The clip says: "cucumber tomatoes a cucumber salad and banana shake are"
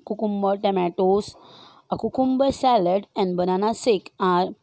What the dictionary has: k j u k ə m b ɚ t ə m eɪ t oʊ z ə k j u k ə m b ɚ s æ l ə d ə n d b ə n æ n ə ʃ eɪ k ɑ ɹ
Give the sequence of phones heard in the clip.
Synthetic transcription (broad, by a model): k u k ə m b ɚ t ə m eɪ t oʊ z ə k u k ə m b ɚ s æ l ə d ə n d b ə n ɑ n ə s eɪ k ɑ ɹ